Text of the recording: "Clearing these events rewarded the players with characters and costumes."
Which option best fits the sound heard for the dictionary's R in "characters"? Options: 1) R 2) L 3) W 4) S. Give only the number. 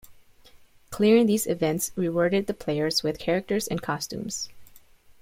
1